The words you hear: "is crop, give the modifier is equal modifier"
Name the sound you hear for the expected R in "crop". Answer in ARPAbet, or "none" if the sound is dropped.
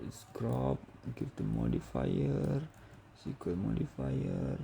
R